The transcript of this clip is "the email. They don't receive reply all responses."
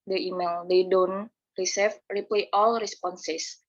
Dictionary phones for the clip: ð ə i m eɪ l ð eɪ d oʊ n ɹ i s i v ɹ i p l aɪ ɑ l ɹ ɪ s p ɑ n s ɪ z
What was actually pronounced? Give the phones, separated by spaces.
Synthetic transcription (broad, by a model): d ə i m eɪ l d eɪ d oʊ n ɹ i s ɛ f ɹ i p l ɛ ɑ l ɹ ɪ s p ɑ n s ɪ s